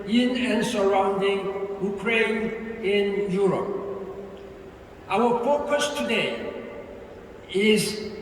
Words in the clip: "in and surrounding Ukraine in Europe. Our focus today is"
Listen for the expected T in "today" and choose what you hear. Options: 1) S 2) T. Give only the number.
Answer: 2